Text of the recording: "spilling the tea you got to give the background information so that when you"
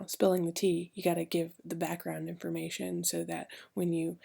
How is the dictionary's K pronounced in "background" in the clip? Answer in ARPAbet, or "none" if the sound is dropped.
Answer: K